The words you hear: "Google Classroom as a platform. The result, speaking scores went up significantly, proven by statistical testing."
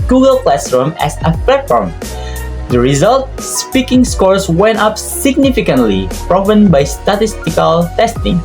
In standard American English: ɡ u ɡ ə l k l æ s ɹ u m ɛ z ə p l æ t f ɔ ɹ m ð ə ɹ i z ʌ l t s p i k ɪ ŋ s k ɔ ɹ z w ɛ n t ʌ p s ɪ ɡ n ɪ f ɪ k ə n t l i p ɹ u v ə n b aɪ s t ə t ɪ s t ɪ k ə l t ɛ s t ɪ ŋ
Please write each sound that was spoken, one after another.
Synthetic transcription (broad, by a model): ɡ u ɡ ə l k l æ s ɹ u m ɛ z ə p l æ t f ɔ ɹ m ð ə ɹ i z ʌ l t s p i k ɪ ŋ s k ɔ ɹ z w ɛ n t ʌ p s ɪ ɡ n ɪ f ɪ k ə n t l i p ɹ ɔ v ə n b aɪ s t ə t ɪ s t ɪ k ə l t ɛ s t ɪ ŋ